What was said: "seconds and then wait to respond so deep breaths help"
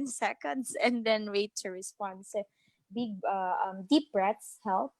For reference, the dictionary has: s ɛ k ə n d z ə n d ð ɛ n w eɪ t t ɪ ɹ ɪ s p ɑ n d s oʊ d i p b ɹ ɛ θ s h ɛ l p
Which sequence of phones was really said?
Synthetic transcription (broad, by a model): s ɛ k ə n d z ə n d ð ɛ n w eɪ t t ɪ ɹ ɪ s p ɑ n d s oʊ d i p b ɹ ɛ t s h ɛ l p